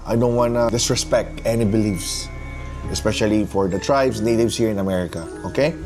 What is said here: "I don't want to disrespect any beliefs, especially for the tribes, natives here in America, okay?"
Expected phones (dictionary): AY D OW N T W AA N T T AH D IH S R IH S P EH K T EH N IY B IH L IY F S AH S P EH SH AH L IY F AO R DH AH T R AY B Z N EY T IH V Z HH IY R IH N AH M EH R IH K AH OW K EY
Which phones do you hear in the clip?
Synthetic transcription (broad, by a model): AY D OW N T W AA N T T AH D IH S R IH S P EH K T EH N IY B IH L IY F S AH S P EH SH AH L IY F AO R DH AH T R AY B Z N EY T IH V S HH IY R IH N AH M EH R IH K AH OW K EY